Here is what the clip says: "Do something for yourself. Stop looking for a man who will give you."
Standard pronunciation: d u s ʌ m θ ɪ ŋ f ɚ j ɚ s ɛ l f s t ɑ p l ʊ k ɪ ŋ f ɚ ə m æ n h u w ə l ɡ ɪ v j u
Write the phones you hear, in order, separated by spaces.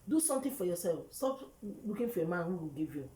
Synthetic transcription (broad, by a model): d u s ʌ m t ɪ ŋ f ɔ j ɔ s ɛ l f s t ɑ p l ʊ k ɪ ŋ f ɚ ə m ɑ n h u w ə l ɡ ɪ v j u